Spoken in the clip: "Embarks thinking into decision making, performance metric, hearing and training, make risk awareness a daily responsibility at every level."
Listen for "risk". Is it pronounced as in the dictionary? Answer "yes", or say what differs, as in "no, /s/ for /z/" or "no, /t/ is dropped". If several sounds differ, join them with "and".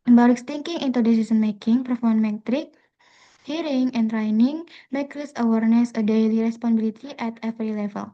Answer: no, /k/ is dropped